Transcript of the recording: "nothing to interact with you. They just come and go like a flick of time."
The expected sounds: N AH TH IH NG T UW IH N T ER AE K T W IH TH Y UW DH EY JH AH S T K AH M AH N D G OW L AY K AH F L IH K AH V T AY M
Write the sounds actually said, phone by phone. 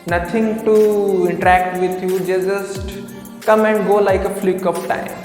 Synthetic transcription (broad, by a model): N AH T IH NG T UW IH N T ER AE K T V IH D Y UW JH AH JH AH S T K AH M AH N D G OW L AY K AH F L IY K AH P T AY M